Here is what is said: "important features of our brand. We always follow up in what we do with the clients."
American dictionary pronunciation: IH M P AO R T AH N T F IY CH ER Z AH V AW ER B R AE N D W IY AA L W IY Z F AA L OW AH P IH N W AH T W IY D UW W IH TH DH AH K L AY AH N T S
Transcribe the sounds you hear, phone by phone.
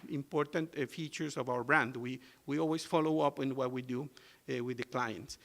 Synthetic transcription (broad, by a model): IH M P AO R T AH N T F IY CH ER S AH V AW ER B R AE N D W IY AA L W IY S F AA L OW AH P IH N W AH T W IY D UW W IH DH AH K L AY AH N T S